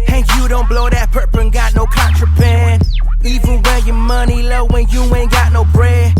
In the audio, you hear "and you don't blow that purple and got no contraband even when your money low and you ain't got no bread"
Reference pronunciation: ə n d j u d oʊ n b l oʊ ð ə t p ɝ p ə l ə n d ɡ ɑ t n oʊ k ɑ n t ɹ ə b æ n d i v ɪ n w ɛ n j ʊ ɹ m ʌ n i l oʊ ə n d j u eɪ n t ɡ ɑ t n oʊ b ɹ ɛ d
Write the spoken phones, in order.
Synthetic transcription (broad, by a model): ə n j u d oʊ n b l oʊ ð ə t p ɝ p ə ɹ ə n ɡ ɑ t n oʊ k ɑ n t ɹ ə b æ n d i v ɪ n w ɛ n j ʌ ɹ m ʌ n i l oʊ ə n j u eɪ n ɡ ɑ t n oʊ b ɹ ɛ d